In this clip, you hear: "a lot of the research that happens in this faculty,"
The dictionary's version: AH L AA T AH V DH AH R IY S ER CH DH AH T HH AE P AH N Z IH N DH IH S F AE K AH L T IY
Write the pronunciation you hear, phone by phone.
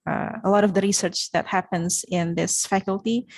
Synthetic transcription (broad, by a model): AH L AA T AH V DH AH R IY S ER CH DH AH T HH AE P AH N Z IH N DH IH S F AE K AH L T IY